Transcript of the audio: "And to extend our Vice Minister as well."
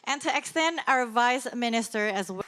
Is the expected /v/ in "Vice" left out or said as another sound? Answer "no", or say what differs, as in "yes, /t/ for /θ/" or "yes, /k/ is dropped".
no